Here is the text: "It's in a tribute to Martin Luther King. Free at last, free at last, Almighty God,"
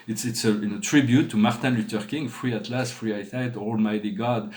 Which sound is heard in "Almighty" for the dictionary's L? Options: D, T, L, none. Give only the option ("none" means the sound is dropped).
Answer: L